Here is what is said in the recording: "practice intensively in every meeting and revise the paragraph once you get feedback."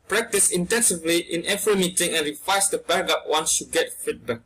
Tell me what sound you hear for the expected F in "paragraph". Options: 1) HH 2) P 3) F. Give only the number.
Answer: 2